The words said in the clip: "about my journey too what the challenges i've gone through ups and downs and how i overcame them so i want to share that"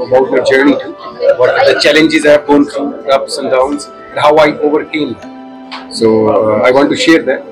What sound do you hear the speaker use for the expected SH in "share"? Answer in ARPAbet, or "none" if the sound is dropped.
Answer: SH